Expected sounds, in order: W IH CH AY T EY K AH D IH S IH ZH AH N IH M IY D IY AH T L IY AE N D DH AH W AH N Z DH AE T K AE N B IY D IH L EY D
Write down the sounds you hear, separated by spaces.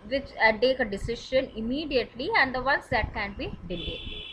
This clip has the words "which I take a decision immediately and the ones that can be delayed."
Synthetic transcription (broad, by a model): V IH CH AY T EY K AH D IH S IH SH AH N IH M IY D IY AH T L IY AE N D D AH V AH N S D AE T K AE N B IY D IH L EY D